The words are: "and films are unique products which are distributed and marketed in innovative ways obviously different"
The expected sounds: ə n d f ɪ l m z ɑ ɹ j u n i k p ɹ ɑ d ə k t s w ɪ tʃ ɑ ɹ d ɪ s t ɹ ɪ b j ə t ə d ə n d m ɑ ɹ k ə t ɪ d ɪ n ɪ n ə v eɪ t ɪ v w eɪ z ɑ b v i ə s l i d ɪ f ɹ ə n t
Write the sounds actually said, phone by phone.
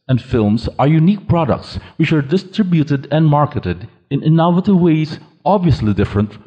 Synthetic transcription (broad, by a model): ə n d f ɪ l m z ɑ ɹ j u n i k p ɹ ɑ d ə k t s w ɪ tʃ ɑ ɹ d ɪ s t ɹ ɪ b j ə t ə d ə n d m ɑ ɹ k ə t ɪ d ɪ n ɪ n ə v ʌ t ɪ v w eɪ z ɑ b v i ə s l i d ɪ f ɹ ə n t